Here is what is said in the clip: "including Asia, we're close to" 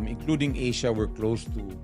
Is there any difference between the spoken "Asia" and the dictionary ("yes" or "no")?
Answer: yes